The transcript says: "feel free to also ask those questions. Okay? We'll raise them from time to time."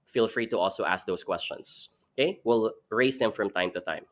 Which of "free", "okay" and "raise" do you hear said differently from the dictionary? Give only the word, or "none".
raise